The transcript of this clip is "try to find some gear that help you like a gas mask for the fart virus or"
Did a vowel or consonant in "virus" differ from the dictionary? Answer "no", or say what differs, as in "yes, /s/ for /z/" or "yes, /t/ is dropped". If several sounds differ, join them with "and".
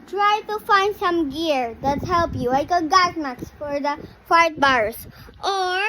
yes, /b/ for /v/